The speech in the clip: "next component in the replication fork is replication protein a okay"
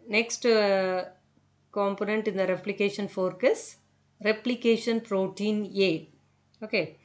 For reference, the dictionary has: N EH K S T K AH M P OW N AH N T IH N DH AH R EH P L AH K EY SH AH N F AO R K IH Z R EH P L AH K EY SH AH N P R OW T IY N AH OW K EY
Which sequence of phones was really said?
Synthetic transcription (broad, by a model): N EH K S T K AH M P OW N AH N T IH N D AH R EH P L AH K EY SH AH N F AO R K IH S R EH P L AH K EY SH AH N P R OW T IY N AH OW K EY